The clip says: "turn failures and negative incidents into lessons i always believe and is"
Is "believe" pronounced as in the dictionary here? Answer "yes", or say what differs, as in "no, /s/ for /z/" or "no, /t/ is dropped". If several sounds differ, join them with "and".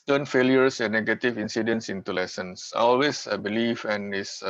no, /f/ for /v/